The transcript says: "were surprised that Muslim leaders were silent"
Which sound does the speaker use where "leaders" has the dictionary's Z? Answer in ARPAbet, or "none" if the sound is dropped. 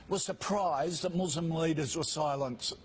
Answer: Z